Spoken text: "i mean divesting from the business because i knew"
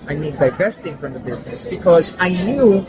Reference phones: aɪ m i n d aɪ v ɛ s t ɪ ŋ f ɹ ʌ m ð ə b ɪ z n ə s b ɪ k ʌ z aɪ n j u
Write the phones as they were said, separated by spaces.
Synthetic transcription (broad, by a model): aɪ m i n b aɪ p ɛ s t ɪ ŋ f ɹ ʌ m ð ə b ɪ z n ə s b ɪ k ʌ z aɪ n j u